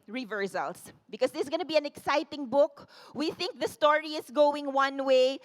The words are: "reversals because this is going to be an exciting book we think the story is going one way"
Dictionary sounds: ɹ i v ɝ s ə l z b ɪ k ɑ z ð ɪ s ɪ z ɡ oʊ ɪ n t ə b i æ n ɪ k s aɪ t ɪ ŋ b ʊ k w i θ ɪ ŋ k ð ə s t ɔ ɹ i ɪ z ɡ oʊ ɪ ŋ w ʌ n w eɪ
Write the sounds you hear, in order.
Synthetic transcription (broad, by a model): ɹ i v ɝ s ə l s b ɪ k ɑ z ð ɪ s ɡ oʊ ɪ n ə b i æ n ɪ k s aɪ t ɪ ŋ b ʊ k w i θ ɪ ŋ k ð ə s t ɔ ɹ i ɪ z ɡ oʊ ɪ ŋ w ʌ n w eɪ